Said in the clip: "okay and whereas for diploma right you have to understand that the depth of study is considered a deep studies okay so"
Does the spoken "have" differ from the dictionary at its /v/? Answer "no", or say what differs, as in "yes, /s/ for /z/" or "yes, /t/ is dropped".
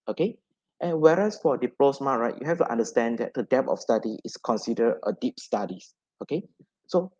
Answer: yes, /f/ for /v/